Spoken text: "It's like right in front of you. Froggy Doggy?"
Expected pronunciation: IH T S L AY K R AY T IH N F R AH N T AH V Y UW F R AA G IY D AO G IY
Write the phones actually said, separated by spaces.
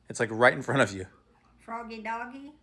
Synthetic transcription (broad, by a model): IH T S L AY K R AY T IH N F R AH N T AH V Y UW F R AA G IY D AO G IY